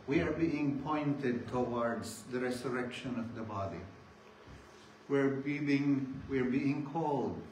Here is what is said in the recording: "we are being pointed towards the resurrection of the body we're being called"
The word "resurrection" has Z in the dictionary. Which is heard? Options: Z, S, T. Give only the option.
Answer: S